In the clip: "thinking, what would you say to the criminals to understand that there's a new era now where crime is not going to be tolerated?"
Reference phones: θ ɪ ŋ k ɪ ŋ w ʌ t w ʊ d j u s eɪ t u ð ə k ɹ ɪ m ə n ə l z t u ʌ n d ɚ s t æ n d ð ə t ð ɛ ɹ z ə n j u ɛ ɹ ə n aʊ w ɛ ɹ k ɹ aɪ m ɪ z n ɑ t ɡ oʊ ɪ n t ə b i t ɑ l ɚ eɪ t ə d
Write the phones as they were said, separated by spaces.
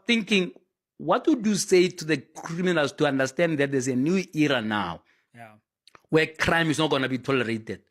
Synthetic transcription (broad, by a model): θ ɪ ŋ k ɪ ŋ w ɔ t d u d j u s eɪ t u ð ə k ɹ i m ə n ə l s t u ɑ n d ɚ s t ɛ n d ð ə t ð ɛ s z ə n j u ɛ ɹ ə n aʊ w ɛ k ɹ aɪ m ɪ s n ɑ t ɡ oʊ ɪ n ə b i t ɑ l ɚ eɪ t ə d